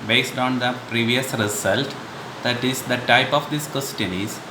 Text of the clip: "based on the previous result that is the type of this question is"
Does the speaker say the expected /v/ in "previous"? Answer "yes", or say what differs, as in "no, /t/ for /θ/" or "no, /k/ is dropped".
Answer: yes